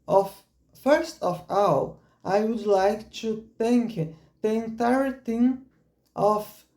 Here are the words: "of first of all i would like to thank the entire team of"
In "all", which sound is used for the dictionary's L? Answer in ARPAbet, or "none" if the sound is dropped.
W